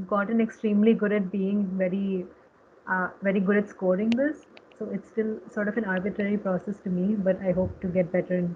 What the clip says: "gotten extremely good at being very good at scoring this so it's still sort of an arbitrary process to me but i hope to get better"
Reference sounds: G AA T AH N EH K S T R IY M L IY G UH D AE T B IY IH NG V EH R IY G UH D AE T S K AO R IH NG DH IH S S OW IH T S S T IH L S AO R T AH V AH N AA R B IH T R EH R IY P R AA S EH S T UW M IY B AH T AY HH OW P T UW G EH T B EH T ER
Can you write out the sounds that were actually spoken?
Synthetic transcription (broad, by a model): G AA T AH N EH K S T R IY M L IY G UH D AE T B IY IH NG V EH R IY G UH D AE T S K AO R IH NG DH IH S S OW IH T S S T IH L S AO R T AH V AH N AA R B IH T R EH R IY P R AA S EH S T UW M IY B AH T AY HH OW P T UW G EH T B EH T ER